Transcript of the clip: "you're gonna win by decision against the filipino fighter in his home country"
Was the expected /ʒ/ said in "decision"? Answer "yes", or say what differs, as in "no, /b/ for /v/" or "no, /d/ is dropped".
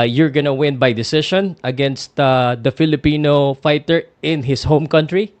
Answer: no, /ʃ/ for /ʒ/